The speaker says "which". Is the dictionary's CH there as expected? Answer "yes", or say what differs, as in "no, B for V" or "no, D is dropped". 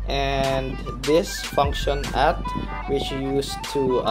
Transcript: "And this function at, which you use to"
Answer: yes